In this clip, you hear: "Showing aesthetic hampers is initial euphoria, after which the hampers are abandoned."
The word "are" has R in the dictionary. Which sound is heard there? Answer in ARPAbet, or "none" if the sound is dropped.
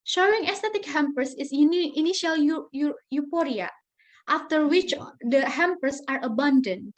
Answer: R